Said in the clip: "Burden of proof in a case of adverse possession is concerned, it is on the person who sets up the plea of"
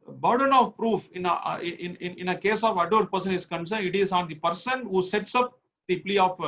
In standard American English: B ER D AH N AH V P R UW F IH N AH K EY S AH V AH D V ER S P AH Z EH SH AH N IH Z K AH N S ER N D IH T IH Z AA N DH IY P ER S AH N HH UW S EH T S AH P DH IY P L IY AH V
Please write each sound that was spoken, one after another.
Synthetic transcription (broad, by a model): B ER D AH N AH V P R UW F IH N AH K EY S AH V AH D ER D P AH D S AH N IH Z K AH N S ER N IH T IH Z AA N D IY P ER S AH N HH UW S EH T S AH P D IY P L IY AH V